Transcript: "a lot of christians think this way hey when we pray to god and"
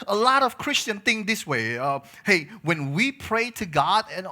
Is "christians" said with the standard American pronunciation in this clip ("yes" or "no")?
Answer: no